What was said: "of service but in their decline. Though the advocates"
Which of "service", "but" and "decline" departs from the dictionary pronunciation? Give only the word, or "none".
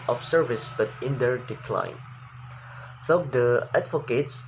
none